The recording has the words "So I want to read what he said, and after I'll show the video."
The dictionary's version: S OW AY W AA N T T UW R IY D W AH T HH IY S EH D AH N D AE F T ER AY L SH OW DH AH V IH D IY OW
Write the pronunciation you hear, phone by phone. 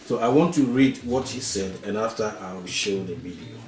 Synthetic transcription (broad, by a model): S OW AY W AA N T T UW R IY D W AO T HH IY S EH D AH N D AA F T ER AY W SH OW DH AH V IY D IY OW